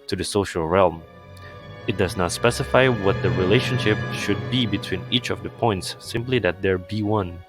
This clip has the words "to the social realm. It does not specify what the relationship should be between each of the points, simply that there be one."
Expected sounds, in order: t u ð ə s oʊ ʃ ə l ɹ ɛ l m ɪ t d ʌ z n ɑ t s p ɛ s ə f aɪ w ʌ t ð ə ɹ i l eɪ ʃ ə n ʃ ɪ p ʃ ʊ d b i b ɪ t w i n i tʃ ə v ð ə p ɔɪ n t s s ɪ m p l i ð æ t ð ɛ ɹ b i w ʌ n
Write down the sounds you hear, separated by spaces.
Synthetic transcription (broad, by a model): t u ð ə s oʊ ʃ ə l ɹ ɛ l m ɪ t d ʌ z n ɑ t s p ɛ s ə f aɪ w ʌ t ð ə ɹ i l eɪ ʃ ə n ʃ ɪ p ʃ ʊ d b i b ɪ t w i n i tʃ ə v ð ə p ɔɪ n t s s ɪ m p l i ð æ t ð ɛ ɹ b i w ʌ n